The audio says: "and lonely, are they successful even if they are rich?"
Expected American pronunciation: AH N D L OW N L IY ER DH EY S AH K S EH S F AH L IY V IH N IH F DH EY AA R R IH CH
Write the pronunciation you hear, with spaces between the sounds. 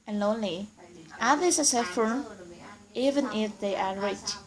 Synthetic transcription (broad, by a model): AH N L OW N L IY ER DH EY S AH S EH F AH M IY V IH N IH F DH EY AA R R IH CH